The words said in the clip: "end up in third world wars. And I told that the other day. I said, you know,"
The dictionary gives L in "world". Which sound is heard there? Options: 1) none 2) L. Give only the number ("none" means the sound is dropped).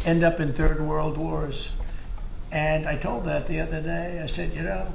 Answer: 2